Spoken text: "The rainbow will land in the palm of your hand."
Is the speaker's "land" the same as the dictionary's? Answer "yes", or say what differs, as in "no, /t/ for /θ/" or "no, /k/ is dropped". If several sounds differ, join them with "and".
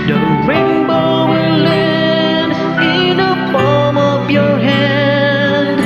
no, /d/ is dropped